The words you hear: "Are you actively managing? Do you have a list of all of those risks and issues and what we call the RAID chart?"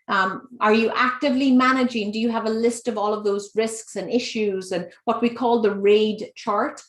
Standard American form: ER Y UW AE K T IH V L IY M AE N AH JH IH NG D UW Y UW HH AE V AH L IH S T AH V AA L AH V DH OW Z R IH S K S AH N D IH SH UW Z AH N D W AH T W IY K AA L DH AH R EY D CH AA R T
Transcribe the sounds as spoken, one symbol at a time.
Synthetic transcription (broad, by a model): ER Y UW AE K T IH V L IY M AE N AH JH IH NG D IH Y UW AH V AH L IH S T AH V AA L AH V DH OW Z R IH S K S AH N IH SH UW Z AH N W AH T W IY K AA L DH AH R EY D CH AA R T